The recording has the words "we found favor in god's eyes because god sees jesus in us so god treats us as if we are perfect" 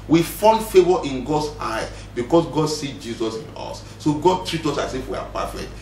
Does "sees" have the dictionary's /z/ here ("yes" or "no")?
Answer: no